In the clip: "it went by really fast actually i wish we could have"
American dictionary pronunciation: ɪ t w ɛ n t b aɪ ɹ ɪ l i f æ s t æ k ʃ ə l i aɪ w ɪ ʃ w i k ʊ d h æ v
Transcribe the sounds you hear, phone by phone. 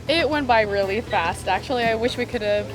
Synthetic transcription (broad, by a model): ɪ t w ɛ n b aɪ ɹ ɪ l i f æ s t æ k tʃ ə l i aɪ w ɪ ʃ w i k ʊ d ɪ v